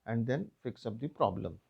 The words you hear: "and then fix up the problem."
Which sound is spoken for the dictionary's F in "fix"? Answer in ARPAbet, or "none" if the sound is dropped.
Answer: F